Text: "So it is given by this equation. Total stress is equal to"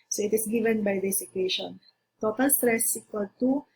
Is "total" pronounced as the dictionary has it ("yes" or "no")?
yes